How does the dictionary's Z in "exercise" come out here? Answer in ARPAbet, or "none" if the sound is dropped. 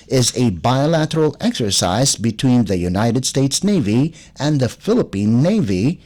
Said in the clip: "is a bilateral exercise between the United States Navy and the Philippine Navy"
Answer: Z